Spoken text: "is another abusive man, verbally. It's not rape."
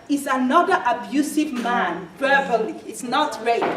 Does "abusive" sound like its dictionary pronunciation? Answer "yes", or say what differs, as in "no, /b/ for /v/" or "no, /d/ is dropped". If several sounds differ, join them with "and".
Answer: yes